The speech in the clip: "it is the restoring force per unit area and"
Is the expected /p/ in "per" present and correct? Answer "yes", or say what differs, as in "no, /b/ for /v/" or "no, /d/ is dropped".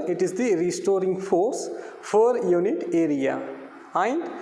no, /f/ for /p/